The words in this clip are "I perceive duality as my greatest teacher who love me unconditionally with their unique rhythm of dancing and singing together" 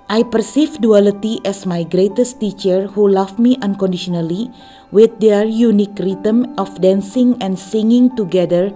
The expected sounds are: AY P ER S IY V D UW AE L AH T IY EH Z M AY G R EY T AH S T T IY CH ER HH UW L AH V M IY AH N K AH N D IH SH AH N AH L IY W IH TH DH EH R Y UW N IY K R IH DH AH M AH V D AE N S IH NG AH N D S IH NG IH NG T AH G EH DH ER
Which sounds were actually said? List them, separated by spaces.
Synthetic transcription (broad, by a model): AY P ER S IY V D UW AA L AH T IY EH S M AY G R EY T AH S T T IY CH ER HH UW L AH F M IY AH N K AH N D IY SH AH N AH L IY W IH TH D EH R Y UW N IY K R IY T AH M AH F D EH N S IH NG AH N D S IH NG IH NG T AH G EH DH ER